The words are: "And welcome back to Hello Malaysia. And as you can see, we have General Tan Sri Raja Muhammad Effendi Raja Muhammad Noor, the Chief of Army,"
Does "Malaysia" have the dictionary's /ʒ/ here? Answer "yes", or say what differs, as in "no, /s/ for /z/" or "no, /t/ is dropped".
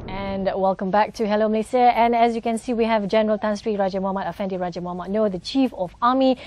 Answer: no, /s/ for /ʒ/